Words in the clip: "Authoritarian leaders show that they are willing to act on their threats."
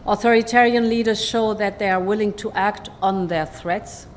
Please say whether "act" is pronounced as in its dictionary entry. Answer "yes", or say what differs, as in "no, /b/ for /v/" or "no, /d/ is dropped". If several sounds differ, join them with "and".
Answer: yes